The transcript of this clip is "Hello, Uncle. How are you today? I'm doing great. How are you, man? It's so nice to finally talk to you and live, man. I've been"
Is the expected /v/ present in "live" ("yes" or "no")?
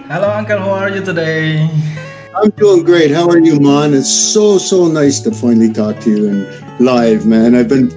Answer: yes